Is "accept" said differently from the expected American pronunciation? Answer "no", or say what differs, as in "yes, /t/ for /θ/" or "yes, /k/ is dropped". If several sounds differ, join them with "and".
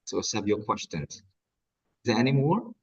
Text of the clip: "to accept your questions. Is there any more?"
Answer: yes, /k/ is dropped